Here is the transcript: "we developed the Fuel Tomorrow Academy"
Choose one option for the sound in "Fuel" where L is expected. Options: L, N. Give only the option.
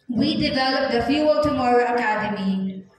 L